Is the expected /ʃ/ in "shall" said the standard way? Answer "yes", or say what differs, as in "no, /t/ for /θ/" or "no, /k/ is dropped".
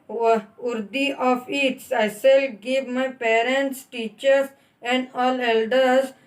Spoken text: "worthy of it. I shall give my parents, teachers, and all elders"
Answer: no, /s/ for /ʃ/